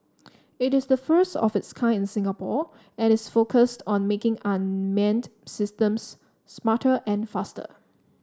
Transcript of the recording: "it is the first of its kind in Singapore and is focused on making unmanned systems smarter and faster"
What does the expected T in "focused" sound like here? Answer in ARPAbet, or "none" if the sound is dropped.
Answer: T